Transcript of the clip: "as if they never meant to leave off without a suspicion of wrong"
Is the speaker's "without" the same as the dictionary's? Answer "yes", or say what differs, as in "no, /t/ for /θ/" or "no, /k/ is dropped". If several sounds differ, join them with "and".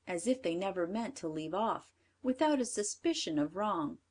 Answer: yes